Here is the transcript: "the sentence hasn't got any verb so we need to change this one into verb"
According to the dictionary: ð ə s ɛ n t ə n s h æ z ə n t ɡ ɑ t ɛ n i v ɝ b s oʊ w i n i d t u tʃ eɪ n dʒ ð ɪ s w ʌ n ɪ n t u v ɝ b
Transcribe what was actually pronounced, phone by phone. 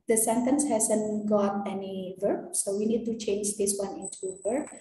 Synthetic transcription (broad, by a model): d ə s ɛ n t ə n s h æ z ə n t ɡ ɑ t ɛ n i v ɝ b s oʊ w i n i d t u tʃ eɪ n dʒ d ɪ s w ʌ n ɪ n t u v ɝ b